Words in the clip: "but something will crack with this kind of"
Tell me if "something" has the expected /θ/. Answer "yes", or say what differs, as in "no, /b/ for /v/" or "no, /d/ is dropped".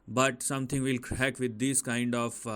no, /t/ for /θ/